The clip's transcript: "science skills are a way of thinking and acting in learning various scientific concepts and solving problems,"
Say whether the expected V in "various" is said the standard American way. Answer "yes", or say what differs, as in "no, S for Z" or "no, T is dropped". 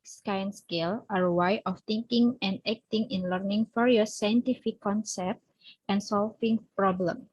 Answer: no, F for V